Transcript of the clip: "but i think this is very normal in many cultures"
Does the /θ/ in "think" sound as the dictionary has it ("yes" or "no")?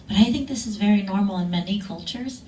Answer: yes